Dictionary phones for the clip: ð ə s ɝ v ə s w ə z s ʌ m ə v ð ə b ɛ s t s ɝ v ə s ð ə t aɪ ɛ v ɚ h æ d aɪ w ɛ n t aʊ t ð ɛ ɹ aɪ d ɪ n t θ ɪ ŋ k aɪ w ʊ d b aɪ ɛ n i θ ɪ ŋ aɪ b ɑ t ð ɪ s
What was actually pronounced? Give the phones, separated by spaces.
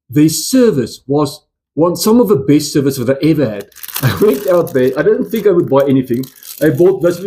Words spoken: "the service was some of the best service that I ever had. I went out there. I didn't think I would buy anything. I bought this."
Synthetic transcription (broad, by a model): ð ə s ɝ v ə s w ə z s ʌ m ə v ð ə b ɛ s t s ɝ v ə s ð ə t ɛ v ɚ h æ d aɪ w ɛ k t aʊ t ð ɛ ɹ aɪ d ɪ n θ ɪ ŋ k aɪ w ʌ d b aɪ ɛ n i θ ɪ ŋ aɪ b ɑ t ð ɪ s